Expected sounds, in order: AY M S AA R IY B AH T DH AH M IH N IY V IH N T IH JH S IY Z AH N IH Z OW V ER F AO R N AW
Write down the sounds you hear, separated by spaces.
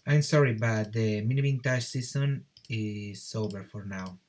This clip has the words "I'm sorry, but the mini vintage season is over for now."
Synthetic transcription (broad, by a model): AY M S AA R IY B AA T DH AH M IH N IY B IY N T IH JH S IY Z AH N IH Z OW B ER F AO R N AW